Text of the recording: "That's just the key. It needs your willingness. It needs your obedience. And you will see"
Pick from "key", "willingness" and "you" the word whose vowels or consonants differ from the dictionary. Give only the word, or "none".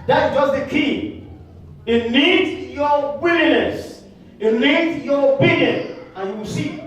willingness